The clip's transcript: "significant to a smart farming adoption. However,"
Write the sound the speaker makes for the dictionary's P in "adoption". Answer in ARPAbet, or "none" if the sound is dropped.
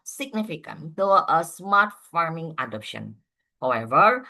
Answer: P